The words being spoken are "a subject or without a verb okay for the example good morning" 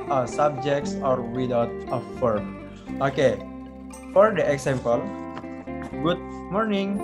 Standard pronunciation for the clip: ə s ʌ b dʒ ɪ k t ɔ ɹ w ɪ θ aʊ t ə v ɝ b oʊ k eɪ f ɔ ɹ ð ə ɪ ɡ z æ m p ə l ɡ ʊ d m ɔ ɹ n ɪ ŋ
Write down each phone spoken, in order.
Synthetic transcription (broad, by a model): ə s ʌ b dʒ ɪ k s ɔ ɹ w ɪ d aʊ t ə f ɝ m oʊ k eɪ f ɔ ɹ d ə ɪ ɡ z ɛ m p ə l ɡ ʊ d m ɔ ɹ n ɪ ŋ